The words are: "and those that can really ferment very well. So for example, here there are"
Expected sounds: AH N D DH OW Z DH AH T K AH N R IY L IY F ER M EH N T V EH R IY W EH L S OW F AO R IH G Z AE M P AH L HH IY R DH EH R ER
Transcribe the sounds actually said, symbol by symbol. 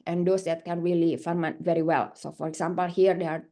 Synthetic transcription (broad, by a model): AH N D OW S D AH T K AH N R IY L IY F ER M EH T V EH R IY W EH L S OW F AO R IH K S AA M P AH L HH IY R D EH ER